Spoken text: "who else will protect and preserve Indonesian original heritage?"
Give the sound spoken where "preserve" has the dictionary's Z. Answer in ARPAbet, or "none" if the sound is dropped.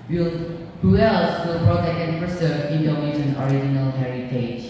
S